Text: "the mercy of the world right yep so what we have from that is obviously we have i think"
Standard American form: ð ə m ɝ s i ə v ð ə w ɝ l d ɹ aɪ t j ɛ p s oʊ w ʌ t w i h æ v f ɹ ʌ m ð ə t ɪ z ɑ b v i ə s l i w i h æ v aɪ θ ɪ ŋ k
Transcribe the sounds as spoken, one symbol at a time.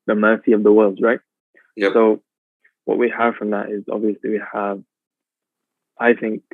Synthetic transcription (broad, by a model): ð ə m ɝ s i ə v ð ə w ɝ l d ɹ aɪ t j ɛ s oʊ w ʌ t w i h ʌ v f ɹ ʌ m ð ə t ɪ z ɑ b v i ə s l i w i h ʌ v aɪ θ ɪ ŋ k